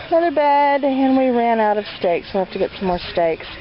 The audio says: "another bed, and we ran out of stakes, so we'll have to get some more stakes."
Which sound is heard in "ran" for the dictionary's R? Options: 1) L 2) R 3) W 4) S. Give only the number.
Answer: 2